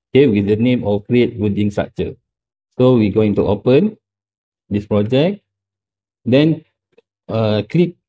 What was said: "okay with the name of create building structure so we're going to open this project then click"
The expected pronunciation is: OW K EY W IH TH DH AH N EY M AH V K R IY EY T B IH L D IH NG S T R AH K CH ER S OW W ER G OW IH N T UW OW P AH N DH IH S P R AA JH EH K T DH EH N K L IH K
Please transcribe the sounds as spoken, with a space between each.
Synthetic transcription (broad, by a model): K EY W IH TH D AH N EY M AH F K R IY EY T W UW D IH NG S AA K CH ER S OW W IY G OW IH N T UW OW P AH N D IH S P R AA JH EH K T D EH N K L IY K